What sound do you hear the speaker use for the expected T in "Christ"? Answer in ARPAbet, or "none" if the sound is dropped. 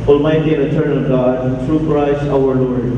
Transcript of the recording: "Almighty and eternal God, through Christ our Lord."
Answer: none